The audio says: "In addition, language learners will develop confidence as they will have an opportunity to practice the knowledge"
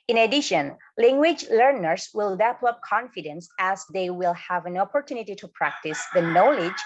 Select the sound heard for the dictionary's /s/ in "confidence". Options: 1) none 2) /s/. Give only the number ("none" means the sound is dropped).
2